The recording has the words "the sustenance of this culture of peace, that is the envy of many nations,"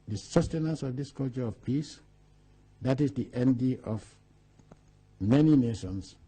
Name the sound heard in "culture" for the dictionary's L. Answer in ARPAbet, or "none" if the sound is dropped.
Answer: L